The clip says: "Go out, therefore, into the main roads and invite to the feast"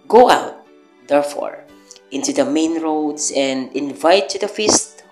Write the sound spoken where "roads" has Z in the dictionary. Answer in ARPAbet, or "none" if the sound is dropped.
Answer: S